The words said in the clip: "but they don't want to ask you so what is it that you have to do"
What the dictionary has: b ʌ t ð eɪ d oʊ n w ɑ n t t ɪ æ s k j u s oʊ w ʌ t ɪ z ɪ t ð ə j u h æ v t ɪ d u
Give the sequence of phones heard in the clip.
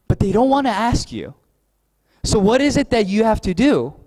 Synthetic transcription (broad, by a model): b ʌ t ð eɪ d oʊ n w ɑ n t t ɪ æ s k j u s oʊ w ʌ t ɪ z ɪ t ð ə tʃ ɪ h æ f t ɪ d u